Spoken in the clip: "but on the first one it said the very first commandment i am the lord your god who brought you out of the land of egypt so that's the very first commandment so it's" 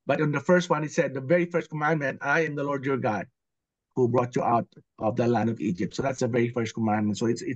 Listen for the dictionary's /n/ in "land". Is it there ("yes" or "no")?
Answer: yes